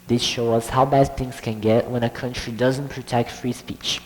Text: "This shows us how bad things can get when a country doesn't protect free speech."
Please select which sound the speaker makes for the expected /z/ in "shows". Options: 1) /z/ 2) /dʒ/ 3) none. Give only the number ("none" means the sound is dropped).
3